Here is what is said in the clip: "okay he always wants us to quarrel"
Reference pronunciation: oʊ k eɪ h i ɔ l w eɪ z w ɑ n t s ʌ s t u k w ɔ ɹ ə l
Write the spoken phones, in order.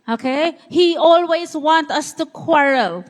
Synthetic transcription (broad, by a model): oʊ k eɪ h i ɔ l w eɪ z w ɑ n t ʌ s t u k w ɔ ɹ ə l